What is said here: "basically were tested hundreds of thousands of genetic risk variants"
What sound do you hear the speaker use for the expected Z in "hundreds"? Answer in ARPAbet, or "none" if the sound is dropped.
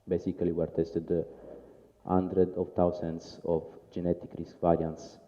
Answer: none